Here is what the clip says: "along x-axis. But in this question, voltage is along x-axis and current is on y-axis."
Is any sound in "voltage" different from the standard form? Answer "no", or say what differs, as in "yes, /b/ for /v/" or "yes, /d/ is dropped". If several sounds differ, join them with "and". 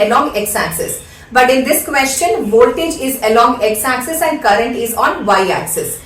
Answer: no